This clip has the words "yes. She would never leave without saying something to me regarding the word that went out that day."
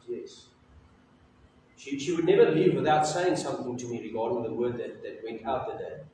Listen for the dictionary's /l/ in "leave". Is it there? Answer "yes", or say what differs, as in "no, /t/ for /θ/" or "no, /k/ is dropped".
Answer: yes